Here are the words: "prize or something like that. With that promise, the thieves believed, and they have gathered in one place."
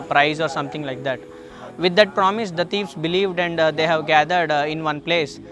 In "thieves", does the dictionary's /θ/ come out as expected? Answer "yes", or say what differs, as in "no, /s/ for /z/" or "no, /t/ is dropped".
no, /t/ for /θ/